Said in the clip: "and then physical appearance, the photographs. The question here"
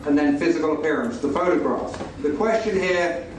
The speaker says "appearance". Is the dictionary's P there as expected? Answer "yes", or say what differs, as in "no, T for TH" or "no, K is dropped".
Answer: yes